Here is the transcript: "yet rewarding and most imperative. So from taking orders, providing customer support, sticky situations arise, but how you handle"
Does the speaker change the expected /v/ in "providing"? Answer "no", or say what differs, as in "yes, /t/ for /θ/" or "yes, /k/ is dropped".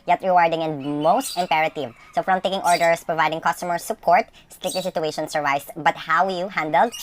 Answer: no